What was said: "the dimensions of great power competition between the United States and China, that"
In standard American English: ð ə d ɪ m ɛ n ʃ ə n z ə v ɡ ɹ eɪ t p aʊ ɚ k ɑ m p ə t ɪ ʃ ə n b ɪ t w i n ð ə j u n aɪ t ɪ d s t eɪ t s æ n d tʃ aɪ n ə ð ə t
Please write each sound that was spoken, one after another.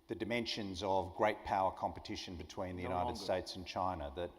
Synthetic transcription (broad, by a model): ð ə d ɪ m ɛ n ʃ ə n z ə v ɡ ɹ eɪ t p aʊ ɚ k ɑ m p ə t ɪ ʃ ə n b ɪ t w i n ð ə j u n aɪ t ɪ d s t eɪ t s n tʃ aɪ n ə ð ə t